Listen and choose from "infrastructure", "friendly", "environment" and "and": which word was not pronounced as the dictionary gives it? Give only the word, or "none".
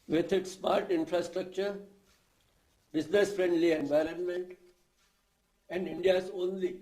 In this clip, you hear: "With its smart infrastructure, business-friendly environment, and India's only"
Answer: none